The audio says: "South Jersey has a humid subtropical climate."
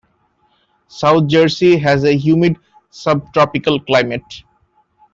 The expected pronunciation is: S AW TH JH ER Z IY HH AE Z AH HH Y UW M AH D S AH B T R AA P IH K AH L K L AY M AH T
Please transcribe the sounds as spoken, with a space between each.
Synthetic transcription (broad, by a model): S AW T JH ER S IY HH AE Z AH HH Y UW M AH D S AH B T R AA P IH K AH L K L AY M AH T